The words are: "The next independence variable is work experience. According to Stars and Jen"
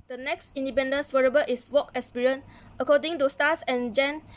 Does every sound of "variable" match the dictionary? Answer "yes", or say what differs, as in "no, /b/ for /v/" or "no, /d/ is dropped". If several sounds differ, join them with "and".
no, /w/ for /v/